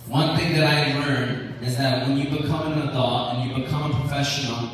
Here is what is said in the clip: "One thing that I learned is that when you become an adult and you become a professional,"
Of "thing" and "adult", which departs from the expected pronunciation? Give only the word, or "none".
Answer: adult